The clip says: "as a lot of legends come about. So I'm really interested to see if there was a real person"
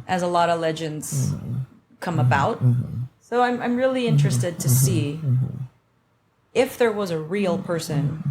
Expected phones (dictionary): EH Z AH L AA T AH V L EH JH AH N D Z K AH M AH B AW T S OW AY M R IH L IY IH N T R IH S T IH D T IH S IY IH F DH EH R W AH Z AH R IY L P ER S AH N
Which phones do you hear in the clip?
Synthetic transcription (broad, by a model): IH Z AH L AA T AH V L EH JH AH N D Z K AH M AH B AW T S OW AY M R IH L IY IH N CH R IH S T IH D T IH S IY IH F DH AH R W AH Z AH R IY L P ER S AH N